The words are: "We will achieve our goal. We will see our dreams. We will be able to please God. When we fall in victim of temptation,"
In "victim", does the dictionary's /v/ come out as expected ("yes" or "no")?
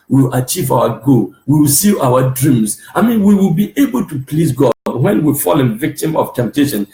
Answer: yes